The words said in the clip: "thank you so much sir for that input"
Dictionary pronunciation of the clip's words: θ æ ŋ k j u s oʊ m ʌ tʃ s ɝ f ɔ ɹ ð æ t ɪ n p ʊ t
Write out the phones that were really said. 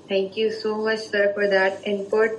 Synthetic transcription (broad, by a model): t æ ŋ k j u s oʊ m ʌ tʃ s ɝ f ɔ ɹ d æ t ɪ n p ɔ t